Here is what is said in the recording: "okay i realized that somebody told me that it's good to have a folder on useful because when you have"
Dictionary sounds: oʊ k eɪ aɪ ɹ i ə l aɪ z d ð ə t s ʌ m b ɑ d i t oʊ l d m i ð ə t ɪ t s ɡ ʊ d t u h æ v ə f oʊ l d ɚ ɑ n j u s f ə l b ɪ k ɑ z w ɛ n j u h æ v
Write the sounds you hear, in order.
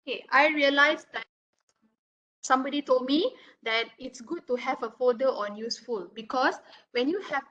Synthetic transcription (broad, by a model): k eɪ aɪ ɹ i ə l aɪ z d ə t s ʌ m b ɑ d i t oʊ l d m i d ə t ɪ t s ɡ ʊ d t u h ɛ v ə f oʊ d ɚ ɑ n j u s f ə l b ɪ k ɑ s w ɛ n j u h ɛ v